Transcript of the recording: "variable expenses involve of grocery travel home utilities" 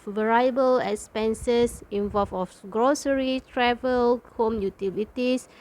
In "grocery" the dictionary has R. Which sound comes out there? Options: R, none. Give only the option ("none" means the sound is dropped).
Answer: R